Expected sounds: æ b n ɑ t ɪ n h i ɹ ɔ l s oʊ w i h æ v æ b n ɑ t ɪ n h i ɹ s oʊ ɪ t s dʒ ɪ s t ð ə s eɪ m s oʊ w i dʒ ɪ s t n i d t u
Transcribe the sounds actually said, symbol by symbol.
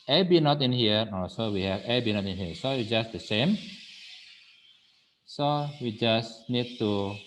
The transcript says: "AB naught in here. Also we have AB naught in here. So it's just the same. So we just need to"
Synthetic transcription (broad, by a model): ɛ b n ɑ t ɪ n h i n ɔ s oʊ w i h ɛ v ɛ b n ɑ t ɪ n h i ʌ s oʊ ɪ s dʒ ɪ s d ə s eɪ m s oʊ w i dʒ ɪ s n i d t u